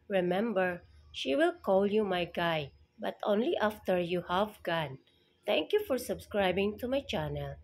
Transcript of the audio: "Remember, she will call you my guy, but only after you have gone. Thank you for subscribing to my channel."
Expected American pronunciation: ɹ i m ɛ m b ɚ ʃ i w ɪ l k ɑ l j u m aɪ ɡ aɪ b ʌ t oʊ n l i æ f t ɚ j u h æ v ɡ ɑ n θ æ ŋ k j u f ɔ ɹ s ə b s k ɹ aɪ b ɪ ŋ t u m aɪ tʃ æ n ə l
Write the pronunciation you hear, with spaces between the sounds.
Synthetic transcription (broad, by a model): ɹ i m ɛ m b ɚ ʃ i w ɪ l k ɑ l j u m aɪ ɡ aɪ b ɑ t oʊ n l i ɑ f t ɚ j u h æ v ɡ ɑ n t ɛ ŋ k j u f ɔ ɹ s ə b s k ɹ aɪ b ɪ ŋ t u m aɪ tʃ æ n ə l